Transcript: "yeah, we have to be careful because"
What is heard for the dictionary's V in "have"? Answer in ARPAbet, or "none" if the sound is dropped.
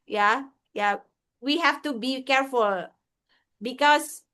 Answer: F